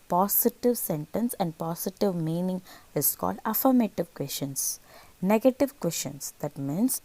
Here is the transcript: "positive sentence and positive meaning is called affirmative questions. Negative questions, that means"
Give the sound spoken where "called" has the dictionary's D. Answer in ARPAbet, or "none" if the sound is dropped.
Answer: D